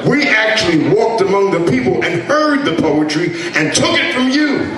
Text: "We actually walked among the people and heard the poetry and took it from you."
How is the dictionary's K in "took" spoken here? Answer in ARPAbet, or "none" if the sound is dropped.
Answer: K